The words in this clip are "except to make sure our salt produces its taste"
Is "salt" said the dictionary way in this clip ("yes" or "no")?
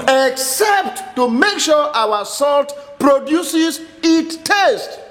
yes